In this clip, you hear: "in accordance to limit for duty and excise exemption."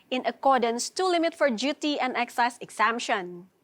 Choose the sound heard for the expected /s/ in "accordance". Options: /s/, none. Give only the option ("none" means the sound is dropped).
/s/